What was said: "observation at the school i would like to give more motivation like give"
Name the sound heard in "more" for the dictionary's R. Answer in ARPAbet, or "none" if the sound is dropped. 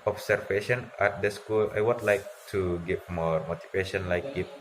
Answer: R